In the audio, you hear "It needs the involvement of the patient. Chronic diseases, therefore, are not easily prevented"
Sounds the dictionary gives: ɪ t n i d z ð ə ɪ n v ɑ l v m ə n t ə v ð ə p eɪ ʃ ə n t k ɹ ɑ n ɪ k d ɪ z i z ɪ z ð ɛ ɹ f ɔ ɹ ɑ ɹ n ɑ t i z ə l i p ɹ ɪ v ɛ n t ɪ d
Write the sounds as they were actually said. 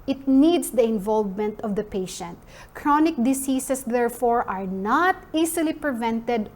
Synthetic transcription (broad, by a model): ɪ t n i d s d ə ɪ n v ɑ l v m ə n t ə v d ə p eɪ ʃ ə n t k ɹ ɑ n ɪ k d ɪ s i s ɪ s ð ɛ ɹ f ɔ ɹ ɑ ɹ n ɑ t i s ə l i p ɹ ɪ v ɛ n t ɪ d